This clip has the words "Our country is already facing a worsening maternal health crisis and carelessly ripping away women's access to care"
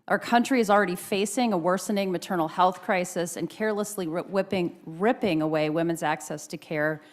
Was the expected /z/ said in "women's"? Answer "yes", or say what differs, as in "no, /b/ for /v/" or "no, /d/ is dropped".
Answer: yes